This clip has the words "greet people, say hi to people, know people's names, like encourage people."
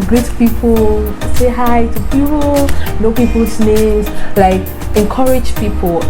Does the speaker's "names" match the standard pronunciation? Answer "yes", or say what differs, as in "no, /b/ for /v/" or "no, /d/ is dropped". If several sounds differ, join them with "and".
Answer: no, /m/ is dropped